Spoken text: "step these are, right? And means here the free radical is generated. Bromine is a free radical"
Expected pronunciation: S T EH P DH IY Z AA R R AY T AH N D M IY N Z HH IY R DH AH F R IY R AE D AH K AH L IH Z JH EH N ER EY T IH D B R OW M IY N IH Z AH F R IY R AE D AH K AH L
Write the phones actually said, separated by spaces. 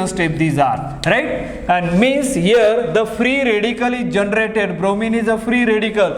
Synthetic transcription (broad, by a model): S T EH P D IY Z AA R R AY T AH N D M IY N S HH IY R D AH F R IY R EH D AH K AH L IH JH EH N ER EY T IH D B R OW M IY N IH Z AH F R IY R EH D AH K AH L